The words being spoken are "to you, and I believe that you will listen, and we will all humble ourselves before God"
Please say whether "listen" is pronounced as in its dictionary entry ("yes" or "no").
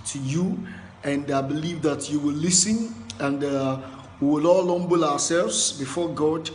yes